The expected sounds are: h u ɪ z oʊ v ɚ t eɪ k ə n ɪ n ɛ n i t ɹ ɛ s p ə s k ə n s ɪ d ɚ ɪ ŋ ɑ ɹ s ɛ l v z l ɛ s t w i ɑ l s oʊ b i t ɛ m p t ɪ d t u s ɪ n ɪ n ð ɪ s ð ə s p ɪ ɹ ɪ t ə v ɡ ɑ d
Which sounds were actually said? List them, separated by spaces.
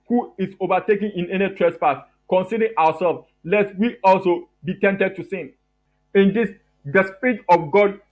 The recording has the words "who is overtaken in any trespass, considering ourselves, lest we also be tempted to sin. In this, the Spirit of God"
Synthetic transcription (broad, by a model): h u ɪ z oʊ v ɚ t eɪ k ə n ɪ n ɛ n i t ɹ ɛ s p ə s k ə n s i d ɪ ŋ ɑ w s ɛ l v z l ɛ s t w i ɑ l s oʊ b i t ɛ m t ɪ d t u s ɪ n ɪ n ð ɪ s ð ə s p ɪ ɹ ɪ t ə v ɡ ɑ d